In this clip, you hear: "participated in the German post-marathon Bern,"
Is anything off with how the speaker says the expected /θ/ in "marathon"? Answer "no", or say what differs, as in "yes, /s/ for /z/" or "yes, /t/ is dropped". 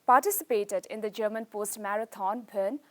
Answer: yes, /t/ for /θ/